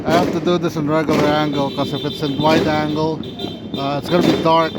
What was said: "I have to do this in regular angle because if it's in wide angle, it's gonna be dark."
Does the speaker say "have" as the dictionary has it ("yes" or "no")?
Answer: no